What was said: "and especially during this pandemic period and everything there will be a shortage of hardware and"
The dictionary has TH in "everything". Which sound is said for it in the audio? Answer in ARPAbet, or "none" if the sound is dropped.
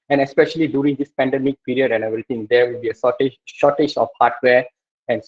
T